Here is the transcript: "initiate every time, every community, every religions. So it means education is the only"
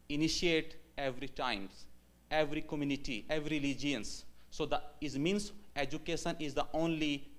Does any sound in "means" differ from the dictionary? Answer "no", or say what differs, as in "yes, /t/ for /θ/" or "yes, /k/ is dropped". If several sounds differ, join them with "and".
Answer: yes, /s/ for /z/